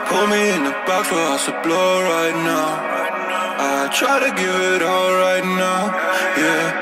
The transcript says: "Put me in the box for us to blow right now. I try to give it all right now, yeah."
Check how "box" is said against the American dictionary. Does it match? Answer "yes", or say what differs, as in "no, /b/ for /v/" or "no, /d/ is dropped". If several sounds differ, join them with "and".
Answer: no, /s/ is dropped